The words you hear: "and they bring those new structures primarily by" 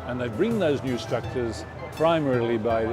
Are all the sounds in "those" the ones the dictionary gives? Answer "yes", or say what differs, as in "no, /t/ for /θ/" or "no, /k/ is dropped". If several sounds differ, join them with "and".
yes